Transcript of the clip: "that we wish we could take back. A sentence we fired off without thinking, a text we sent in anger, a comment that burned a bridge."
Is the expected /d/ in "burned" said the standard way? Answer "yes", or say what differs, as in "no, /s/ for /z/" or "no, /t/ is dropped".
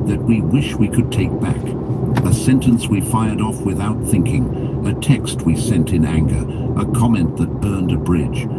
yes